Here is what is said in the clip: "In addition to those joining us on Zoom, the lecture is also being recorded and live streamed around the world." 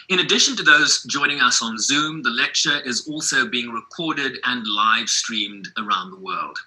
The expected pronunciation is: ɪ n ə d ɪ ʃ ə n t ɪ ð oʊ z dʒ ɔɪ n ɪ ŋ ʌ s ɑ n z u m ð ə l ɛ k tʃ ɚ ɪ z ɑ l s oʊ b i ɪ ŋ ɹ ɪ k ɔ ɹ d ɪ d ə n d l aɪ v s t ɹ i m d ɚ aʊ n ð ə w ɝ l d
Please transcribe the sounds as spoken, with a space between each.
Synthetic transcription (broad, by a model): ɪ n ə d ɪ ʃ ə n t ɪ ð oʊ z dʒ ɔɪ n ɪ ŋ ʌ s n z u m ð ə l ɛ k tʃ ɚ ɪ z ɑ l s oʊ b i ɪ ŋ ɹ ɪ k ɔ ɹ d ɪ d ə n l aɪ v s t ɹ i m d ɚ aʊ n ð ə w ɝ l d